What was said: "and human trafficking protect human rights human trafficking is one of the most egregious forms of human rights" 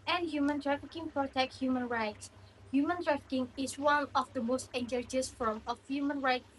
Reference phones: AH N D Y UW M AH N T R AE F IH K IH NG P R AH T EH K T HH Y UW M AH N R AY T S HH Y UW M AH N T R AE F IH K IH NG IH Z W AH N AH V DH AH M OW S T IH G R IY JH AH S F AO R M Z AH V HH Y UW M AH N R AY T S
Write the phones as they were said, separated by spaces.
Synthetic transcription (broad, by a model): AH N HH Y UW M AH N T R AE F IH K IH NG P R AH T EH K T HH Y UW M AH N R AY T S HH Y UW M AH N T R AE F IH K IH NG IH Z W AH N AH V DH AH M OW S T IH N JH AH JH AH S F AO R M AH F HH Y UW M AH N R AY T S